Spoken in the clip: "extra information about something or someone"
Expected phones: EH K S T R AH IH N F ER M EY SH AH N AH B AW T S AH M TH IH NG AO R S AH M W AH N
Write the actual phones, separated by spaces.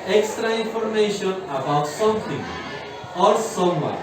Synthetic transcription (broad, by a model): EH K S T R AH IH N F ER M EY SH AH N AH B AW T S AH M T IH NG AO R S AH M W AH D